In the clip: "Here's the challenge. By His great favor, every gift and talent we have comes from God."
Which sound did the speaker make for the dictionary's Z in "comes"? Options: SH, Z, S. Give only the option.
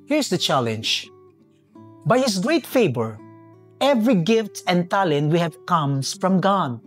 S